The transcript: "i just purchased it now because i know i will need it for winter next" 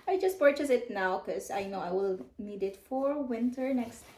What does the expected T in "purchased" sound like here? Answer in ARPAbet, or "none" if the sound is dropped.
none